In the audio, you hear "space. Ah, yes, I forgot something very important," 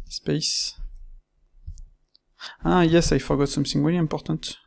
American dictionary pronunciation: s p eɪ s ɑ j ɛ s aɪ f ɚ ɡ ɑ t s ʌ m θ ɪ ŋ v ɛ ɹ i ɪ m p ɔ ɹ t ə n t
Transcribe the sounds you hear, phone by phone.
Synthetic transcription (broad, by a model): s p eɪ s ɑ j ɛ s aɪ f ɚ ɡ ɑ t s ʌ m s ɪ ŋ w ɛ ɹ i p ɔ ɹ t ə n t